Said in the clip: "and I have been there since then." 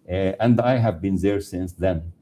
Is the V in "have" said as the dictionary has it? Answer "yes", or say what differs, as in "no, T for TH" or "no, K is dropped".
yes